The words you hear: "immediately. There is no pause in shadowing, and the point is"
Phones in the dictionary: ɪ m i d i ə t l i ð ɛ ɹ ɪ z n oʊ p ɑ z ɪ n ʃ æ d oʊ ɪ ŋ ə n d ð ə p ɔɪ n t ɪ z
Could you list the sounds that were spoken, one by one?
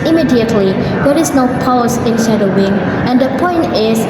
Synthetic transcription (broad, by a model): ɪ m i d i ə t l i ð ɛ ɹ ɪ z n oʊ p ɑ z ɪ n s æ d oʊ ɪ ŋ ə n d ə p ɔɪ n t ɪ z